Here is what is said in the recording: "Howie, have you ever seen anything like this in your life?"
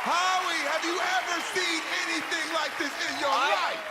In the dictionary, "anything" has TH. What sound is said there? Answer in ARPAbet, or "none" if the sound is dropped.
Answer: TH